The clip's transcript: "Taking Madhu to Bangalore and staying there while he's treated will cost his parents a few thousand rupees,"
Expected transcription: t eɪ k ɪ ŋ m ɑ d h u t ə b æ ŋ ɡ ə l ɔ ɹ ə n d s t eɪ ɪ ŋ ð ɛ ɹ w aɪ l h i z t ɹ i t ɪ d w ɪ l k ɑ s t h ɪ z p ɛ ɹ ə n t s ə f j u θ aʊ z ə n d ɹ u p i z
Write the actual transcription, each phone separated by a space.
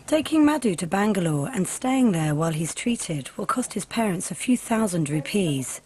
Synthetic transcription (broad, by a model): t eɪ k ɪ ŋ m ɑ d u t ə b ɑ ŋ ɡ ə l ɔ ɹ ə n s t eɪ ɪ ŋ ð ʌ w aɪ l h i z t ɹ i t ɪ d w ɪ l k ɑ s t h ɪ z p ɛ ɹ ə n t s ə f j u θ aʊ z ə n d ɹ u p i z